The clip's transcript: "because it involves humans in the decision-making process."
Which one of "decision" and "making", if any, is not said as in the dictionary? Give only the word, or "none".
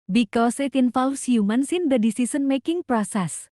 decision